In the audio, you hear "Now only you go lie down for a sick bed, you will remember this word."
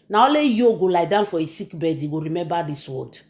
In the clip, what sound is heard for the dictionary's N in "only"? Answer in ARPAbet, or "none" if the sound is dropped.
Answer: none